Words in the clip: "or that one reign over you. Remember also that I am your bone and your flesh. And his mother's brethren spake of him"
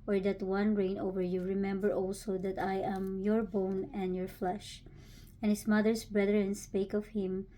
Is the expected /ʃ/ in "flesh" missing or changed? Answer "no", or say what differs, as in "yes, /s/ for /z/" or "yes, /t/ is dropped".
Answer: no